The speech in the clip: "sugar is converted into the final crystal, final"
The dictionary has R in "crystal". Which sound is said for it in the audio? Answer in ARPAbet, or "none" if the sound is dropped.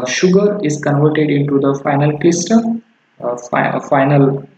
L